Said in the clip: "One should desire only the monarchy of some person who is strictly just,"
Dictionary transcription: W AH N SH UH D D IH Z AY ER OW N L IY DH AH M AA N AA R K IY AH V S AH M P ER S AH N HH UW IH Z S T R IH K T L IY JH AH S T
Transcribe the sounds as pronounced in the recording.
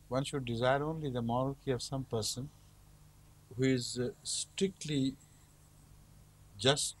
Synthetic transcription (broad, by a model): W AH N SH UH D D IH Z AY ER OW N L IY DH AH M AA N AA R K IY AH V S AH M P ER S AH N HH UW IH Z S T R IH K T L IY JH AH S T